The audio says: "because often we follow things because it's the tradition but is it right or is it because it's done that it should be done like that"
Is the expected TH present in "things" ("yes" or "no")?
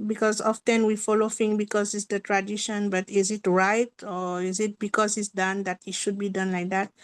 no